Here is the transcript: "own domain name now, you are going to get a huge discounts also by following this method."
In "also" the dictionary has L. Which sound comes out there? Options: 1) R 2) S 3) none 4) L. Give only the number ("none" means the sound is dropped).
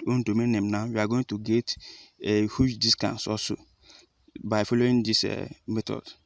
3